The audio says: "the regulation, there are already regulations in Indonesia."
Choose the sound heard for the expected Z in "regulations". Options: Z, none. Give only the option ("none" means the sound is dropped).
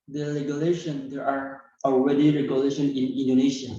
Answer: none